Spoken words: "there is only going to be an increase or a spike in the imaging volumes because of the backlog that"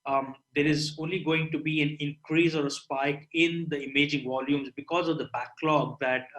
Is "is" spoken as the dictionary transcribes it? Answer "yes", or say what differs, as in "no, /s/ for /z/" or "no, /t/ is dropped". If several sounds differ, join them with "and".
yes